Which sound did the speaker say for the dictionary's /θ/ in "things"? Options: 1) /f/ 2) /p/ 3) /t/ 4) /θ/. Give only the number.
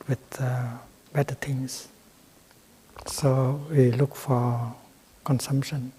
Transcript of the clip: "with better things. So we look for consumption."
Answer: 3